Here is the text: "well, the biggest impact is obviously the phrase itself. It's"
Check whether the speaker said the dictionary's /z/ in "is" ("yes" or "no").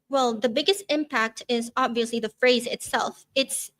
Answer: yes